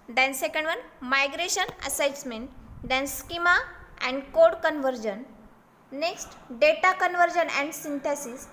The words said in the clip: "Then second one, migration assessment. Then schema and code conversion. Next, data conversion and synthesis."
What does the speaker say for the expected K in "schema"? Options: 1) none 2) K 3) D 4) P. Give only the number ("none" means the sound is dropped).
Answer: 2